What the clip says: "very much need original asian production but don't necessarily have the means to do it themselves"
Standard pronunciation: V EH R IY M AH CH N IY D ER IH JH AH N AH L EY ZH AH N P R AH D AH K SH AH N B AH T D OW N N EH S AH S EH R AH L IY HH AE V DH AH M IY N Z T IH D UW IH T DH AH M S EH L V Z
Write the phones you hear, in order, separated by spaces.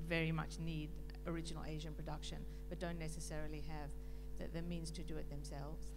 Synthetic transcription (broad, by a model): V EH R IY M AH CH N IY D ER IH JH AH N L EY ZH AH N P R AH D AH K SH AH N B AH T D OW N N EH S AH S EH R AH L IY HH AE V DH AH M IY N Z T IH D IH IH T DH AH M S EH L V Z